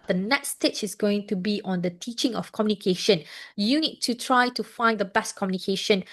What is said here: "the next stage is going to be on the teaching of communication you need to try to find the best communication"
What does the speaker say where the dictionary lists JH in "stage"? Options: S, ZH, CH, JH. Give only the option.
CH